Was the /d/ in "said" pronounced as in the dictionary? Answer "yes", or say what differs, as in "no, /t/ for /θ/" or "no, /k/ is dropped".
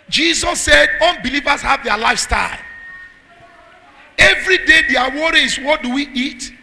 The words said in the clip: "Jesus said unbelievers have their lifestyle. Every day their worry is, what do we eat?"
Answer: yes